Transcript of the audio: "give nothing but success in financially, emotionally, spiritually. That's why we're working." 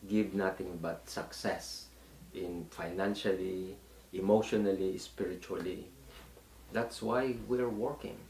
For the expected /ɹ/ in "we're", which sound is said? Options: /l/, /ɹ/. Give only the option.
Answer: /ɹ/